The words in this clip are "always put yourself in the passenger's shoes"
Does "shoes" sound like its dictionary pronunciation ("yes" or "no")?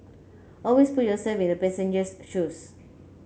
no